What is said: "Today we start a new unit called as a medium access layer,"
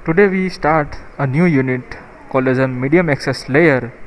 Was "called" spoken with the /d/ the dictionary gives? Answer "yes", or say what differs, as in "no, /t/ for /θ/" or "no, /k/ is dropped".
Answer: no, /d/ is dropped